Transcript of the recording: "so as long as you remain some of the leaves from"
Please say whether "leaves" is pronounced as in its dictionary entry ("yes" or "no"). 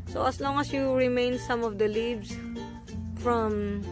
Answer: no